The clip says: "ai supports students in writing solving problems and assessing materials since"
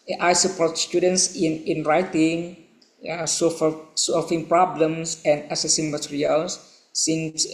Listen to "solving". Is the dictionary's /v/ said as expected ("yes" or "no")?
no